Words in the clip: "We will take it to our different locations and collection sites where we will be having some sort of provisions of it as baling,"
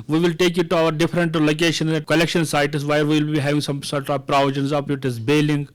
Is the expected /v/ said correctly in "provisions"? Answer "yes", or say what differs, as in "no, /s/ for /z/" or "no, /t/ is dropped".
no, /v/ is dropped